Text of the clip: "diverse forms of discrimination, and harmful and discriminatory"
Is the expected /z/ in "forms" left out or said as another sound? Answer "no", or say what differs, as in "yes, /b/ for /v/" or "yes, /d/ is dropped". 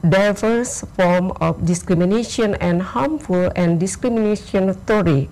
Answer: yes, /z/ is dropped